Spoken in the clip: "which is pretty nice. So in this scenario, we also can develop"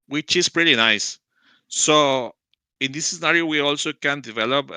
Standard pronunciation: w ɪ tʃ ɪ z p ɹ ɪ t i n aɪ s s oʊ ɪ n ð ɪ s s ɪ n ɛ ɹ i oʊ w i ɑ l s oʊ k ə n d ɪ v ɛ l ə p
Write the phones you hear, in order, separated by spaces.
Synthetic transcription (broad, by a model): w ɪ tʃ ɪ s p ɹ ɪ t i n aɪ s s oʊ ɪ n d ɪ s s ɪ n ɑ ɹ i oʊ w i ɑ l s oʊ k ə n d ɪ v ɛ l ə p